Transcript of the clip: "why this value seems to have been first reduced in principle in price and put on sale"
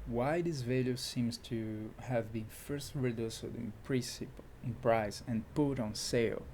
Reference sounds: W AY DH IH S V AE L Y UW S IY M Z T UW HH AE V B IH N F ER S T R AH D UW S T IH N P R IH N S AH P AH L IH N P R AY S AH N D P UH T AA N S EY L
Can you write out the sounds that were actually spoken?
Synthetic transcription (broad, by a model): W AY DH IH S V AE L Y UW S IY M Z T UW HH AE V B IH N F ER S T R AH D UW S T IH N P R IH S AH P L IH N P R AY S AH N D P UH T AA N S EY L